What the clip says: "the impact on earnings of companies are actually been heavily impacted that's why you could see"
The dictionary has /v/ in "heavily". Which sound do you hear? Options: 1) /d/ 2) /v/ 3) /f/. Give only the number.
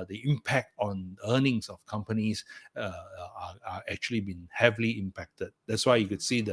2